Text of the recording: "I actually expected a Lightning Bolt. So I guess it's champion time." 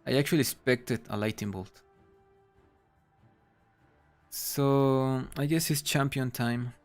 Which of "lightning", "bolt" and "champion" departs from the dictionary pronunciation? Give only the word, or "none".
lightning